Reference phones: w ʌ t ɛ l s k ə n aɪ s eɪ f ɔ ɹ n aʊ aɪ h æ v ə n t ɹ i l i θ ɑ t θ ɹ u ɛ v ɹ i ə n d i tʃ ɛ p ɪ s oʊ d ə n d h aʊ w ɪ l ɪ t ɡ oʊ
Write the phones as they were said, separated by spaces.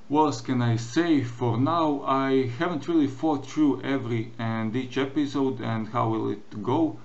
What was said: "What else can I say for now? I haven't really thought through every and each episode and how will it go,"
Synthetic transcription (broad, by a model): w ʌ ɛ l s k ə n aɪ s eɪ f ɔ ɹ n aʊ aɪ h æ v ə n t ɹ i l i f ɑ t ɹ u ɛ v ɹ i ə n d i tʃ ɛ p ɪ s oʊ d ə n d h aʊ w ɪ l ɪ t ɡ oʊ